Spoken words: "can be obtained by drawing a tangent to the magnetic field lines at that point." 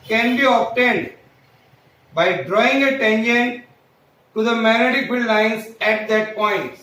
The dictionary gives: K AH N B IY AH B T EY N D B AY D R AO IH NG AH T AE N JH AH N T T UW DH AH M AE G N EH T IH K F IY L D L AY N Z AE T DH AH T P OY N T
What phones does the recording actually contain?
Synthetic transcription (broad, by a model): K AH N B IY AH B T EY N D B AY D R AO IH NG AH T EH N SH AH N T T UW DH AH M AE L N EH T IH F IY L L AY N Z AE T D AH T P OY N T